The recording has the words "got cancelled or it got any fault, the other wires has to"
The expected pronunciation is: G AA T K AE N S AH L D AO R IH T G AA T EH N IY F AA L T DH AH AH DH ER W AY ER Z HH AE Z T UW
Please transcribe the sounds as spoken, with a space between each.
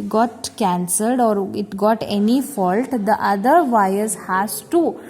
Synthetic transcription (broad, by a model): G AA T K AE N S AH L D AO R IH T G AA T EH N IY F AA L T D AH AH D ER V AY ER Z HH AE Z T UW